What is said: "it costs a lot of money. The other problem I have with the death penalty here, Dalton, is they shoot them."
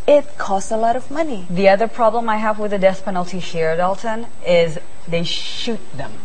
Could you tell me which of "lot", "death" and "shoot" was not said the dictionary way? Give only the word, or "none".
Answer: death